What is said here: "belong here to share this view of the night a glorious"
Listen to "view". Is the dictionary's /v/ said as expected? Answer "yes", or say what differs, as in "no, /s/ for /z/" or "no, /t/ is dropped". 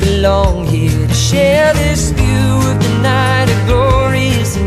no, /f/ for /v/